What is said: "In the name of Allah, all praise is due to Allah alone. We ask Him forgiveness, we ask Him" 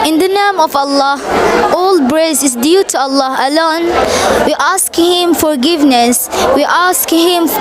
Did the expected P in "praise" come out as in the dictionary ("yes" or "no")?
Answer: no